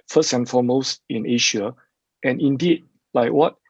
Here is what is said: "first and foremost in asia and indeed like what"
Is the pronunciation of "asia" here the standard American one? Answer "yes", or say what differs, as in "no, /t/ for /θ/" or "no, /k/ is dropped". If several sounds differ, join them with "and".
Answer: no, /ʃ/ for /ʒ/